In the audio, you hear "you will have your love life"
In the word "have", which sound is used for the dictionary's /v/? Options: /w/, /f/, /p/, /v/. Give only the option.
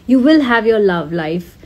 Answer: /v/